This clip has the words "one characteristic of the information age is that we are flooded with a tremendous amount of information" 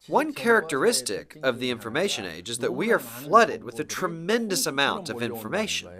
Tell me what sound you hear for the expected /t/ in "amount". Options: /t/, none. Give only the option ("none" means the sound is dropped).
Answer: /t/